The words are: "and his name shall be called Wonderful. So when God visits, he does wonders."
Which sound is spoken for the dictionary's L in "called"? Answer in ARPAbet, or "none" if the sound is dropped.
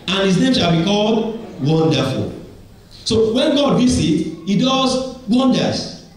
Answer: L